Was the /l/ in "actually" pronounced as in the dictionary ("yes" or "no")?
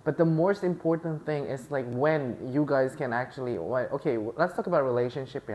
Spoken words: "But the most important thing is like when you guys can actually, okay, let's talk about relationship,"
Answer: no